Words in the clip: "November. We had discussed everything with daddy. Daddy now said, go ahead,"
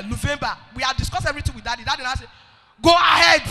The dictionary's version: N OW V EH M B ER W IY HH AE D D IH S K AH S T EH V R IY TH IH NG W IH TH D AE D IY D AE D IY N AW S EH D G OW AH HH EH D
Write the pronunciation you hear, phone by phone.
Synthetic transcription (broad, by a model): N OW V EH M B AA W IY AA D D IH S K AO S EH V R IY T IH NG W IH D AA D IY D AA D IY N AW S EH G OW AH HH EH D